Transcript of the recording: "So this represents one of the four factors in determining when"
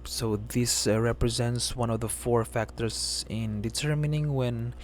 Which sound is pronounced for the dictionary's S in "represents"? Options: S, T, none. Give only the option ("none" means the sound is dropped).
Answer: S